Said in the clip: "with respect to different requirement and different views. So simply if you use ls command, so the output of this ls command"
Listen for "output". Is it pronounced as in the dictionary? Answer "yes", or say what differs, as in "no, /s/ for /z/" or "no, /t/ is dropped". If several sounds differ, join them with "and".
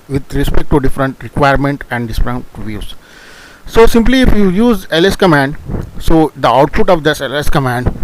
no, /f/ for /p/